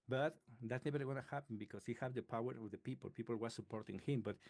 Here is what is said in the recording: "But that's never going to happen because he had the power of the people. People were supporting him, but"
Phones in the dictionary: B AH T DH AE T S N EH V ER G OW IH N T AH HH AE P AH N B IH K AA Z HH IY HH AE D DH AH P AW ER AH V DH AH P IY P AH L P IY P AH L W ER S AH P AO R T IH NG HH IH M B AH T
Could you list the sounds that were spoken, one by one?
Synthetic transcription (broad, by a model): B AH T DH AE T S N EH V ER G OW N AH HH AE P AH N B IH K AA S HH IY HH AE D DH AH P AW ER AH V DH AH P IY P AH L P IY P AH L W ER S AH P AO R T IH NG HH IH M B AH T